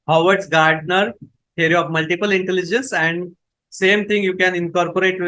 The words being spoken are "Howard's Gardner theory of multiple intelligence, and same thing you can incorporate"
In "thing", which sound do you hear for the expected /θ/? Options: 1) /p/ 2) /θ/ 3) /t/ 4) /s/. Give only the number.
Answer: 3